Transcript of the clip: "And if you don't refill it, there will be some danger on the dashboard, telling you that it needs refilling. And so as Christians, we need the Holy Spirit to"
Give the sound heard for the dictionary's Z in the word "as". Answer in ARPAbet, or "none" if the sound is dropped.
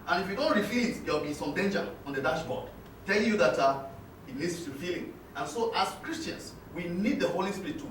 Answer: S